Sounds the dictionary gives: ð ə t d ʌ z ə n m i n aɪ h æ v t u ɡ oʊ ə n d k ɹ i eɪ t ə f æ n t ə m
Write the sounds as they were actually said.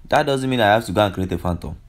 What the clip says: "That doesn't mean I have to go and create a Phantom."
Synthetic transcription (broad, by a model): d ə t d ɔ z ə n m i n aɪ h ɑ f t u ɡ oʊ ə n k ɹ i eɪ t ə f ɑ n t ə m